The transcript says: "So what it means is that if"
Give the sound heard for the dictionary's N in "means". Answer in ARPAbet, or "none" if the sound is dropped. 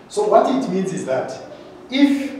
N